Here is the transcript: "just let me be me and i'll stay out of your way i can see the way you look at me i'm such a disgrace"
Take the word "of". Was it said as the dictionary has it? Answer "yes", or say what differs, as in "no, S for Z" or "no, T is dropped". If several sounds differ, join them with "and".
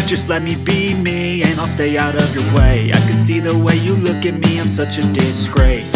yes